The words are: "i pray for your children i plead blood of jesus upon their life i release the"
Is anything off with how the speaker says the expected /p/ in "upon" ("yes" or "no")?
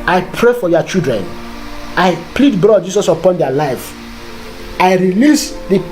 no